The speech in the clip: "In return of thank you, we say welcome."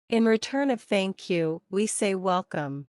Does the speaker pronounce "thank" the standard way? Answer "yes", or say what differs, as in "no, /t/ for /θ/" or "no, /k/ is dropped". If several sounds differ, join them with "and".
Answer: yes